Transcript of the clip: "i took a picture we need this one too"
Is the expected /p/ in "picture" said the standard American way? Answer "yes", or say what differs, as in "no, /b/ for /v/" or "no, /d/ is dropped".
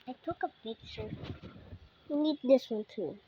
no, /b/ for /p/